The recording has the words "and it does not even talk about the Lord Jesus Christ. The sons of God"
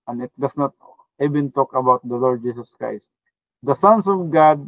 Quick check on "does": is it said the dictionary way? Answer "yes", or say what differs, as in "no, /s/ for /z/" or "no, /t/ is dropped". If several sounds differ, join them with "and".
no, /s/ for /z/